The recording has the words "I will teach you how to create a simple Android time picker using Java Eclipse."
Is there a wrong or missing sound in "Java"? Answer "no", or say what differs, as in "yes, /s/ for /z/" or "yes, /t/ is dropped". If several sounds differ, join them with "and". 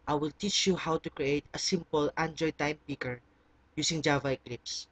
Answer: no